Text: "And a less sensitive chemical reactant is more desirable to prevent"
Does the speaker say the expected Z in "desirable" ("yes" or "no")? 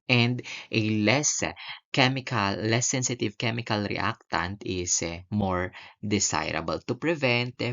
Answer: no